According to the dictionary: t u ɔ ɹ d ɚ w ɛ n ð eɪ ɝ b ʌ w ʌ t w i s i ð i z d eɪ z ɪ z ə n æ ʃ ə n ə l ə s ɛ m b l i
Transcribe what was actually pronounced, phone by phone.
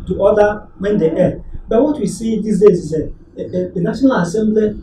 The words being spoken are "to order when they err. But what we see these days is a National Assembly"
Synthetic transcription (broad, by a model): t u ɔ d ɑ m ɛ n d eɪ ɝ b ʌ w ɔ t w i s i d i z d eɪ s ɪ s ə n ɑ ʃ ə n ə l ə s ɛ m b l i